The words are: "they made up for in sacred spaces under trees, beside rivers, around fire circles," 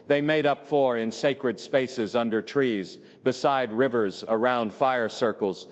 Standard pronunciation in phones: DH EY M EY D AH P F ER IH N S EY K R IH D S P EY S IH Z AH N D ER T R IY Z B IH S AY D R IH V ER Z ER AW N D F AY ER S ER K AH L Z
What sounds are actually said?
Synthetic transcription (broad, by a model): DH EY M EY D AH P F ER IH N S EY K R IH D S P EY S IH Z AH N D ER T R IY Z B IH S AY D R IH V ER Z ER AW N D F AY ER S ER K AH L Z